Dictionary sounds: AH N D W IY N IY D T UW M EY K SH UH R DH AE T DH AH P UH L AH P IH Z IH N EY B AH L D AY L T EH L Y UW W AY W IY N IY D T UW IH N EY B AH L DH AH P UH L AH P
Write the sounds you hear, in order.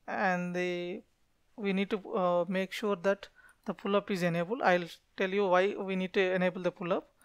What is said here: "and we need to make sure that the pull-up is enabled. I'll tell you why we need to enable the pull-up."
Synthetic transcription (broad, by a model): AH N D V IY N IY D T UW M EY K SH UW R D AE T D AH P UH L AH P IH Z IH N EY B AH L AY L T EH L Y UW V AY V IY N IY D T UW IH N EY B AH L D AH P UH L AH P